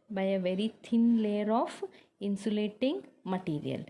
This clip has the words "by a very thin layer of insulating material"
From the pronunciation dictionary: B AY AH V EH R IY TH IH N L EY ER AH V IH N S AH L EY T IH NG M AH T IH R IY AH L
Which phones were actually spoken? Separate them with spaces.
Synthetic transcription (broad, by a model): B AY AH V EH R IY T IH N L EY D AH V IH N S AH L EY T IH NG M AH T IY R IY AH L